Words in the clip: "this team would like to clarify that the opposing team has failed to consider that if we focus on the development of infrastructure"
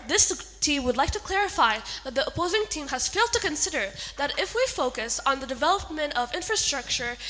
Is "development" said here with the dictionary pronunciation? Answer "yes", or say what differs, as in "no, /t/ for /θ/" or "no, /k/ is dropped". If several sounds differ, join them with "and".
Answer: yes